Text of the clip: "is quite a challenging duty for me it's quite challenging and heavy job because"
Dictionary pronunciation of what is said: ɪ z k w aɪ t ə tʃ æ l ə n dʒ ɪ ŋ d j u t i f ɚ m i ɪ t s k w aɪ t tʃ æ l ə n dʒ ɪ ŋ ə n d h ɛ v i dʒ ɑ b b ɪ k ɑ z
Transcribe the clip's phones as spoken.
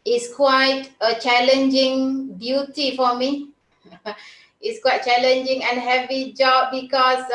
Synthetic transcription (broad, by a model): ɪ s k w aɪ t ə tʃ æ l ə n dʒ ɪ ŋ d j u t i f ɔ m i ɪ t s k w aɪ t tʃ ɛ l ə n dʒ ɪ ŋ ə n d h ɛ v i dʒ ɑ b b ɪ k ɑ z